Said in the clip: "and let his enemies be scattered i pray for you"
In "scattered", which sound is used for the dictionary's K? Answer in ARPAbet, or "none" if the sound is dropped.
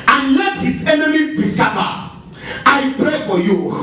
none